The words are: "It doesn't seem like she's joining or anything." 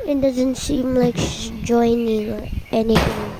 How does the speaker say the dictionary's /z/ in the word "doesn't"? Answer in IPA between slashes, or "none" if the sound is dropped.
/z/